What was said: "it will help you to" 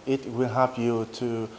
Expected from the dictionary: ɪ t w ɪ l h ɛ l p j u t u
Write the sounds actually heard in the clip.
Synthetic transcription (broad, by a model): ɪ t w ɪ l h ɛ p j u t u